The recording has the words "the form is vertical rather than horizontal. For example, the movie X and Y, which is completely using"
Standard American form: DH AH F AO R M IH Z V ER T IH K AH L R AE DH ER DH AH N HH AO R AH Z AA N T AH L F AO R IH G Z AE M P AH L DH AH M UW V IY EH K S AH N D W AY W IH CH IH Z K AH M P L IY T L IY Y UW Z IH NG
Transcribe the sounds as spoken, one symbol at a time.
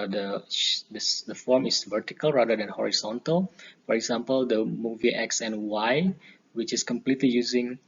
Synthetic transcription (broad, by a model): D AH F AO R M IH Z V ER T IH K AH L R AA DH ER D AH N HH AO R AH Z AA N T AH L F AO R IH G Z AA M P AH L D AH M UW V IY EH K S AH N W AY W IH CH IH S K AH M P L IY T L IY Y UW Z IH NG